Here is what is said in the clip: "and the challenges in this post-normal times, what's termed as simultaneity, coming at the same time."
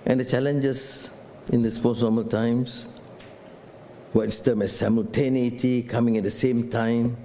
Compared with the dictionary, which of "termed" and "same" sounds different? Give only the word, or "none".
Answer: termed